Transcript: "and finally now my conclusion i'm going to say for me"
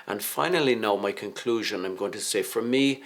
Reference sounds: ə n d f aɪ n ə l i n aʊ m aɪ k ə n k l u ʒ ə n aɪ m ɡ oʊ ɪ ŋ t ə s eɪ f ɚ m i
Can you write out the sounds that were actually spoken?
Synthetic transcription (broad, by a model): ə n f aɪ n ə l i n aʊ m aɪ k ə n k l u ʒ ə n aɪ m ɡ oʊ ɪ ŋ t ə s eɪ f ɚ m i